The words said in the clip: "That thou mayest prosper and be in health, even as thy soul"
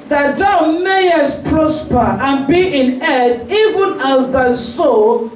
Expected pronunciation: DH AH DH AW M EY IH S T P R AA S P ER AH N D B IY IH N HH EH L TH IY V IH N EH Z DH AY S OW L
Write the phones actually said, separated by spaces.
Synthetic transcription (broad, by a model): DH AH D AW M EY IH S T P R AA S P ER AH N B IY IH N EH TH IY V IH N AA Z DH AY S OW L